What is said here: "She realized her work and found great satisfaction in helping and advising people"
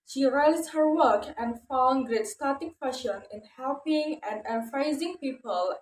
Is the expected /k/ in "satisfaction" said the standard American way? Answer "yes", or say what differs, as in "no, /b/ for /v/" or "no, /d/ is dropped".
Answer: no, /k/ is dropped